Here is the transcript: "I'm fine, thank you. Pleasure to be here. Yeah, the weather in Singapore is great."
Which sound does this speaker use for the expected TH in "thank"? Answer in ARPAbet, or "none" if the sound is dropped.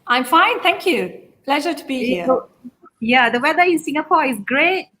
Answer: T